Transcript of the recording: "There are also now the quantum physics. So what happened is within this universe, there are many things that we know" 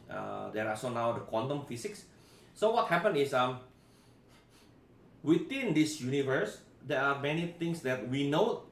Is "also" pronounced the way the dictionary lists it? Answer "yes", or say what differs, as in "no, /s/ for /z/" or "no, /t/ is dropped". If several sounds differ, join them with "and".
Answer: no, /l/ is dropped